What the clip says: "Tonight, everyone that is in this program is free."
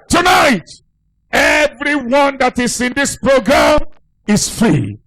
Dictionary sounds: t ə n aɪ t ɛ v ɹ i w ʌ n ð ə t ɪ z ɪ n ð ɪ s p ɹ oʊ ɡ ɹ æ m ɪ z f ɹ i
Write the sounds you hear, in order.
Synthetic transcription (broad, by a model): t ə n aɪ t ɛ v ɹ i w ʌ n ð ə t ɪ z ɪ n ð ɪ s p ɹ oʊ ɡ ɹ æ m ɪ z f ɹ i